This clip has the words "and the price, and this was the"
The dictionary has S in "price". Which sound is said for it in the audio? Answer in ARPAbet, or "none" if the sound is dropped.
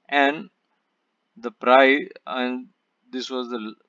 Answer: none